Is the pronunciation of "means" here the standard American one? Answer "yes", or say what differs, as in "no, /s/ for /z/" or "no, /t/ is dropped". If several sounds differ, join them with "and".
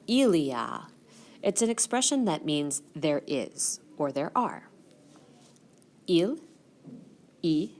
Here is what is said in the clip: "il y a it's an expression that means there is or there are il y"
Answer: yes